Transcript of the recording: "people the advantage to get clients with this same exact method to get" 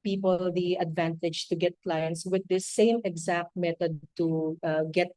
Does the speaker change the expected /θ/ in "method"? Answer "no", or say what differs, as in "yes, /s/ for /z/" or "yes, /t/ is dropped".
yes, /t/ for /θ/